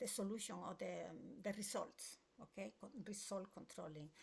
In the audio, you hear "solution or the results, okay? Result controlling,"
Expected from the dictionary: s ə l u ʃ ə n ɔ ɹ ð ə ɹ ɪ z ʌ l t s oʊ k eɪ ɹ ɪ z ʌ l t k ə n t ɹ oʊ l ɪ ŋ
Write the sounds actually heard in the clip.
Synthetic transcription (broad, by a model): s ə l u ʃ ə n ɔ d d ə ɹ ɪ s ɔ l t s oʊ k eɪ ɹ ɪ s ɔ l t k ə n t ɹ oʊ l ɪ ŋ